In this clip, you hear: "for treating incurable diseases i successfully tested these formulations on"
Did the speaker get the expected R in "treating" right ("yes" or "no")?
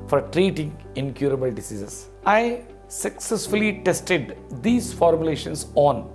yes